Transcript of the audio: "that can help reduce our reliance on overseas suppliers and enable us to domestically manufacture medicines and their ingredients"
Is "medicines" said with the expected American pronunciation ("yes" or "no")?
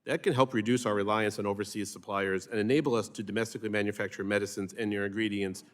yes